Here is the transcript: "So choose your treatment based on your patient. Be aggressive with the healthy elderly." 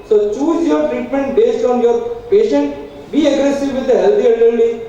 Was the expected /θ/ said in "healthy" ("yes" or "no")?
no